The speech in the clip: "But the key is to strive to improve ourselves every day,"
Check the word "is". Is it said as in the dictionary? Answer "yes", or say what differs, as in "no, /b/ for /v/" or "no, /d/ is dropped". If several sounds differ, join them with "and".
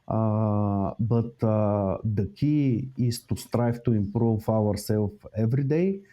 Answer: no, /s/ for /z/